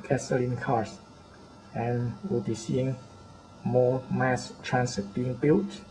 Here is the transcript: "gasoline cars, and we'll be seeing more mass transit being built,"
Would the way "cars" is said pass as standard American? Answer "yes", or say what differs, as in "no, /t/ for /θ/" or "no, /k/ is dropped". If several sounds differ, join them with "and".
no, /s/ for /z/